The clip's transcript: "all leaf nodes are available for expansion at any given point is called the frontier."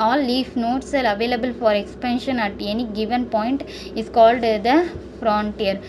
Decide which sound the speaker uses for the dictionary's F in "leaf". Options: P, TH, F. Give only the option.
F